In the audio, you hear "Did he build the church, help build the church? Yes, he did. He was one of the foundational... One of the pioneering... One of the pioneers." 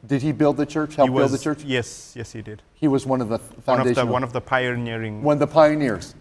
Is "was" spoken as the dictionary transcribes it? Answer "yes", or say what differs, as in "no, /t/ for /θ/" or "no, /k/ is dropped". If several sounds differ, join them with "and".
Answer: yes